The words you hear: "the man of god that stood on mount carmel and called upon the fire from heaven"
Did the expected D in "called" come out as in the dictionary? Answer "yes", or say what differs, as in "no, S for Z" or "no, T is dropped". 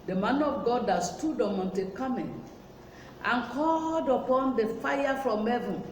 yes